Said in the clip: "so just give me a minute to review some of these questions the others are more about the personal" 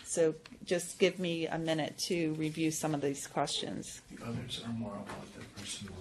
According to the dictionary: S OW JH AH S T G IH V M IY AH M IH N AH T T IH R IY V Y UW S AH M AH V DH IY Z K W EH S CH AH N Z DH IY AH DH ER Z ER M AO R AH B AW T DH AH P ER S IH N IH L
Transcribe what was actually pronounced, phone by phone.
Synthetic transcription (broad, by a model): S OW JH AH S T G IH V M IY AH M IH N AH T T IH R IY V Y UW S AH M AH V DH IY Z K W EH S CH AH N Z DH IY AH DH ER Z ER M AO R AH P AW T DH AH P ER S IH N